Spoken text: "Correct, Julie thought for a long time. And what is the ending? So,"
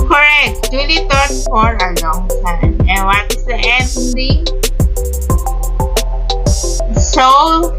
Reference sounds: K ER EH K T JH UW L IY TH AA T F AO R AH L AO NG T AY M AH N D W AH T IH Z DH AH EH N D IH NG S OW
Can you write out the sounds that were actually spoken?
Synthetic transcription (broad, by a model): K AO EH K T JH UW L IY T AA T F AO R AH L AO NG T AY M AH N W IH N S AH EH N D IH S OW